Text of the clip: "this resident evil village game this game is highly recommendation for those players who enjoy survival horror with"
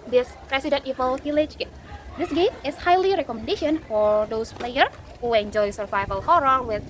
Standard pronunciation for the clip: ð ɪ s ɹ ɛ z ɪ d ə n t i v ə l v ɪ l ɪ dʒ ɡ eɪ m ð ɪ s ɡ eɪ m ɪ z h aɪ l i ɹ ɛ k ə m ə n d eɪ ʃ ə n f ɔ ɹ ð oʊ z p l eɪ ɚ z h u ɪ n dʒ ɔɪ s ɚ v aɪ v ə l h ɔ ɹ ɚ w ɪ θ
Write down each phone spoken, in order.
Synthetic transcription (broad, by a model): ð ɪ s ɹ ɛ s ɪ d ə n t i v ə l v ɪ l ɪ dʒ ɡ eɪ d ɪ s ɡ eɪ m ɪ s h aɪ l i ɹ ɛ k ə m ə n d eɪ ʃ ə n f ɔ ɹ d oʊ s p l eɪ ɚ h u ɪ n dʒ ɔɪ s ɚ v aɪ v ə l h ɔ ɹ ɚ w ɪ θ